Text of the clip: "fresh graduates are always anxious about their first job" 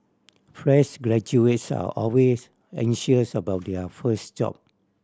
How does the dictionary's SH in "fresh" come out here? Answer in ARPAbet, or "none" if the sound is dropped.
S